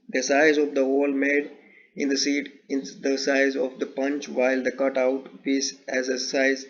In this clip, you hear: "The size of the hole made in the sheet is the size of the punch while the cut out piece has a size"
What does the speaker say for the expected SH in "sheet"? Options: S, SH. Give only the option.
S